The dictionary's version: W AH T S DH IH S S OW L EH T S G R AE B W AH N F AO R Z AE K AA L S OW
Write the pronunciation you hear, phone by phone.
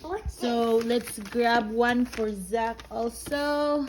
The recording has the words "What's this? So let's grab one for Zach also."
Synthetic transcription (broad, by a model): S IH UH L EH T S G R AE B W AH N F AO R Z AE K AA L S OW